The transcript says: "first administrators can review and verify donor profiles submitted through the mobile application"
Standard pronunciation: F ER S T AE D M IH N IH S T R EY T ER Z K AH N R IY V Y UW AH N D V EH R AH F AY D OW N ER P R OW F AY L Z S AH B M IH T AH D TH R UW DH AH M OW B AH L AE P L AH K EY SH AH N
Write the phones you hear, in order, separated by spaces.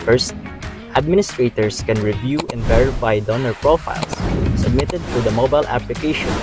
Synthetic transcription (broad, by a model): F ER S T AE D M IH N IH S T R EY T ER S K AH N R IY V Y UW AH N D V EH R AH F AY D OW N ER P R OW F AY L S S AH B M IH T AH D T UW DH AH M OW B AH L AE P L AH K EY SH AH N